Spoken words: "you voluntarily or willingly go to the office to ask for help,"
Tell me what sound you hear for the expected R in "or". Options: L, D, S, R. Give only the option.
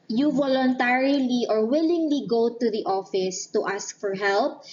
R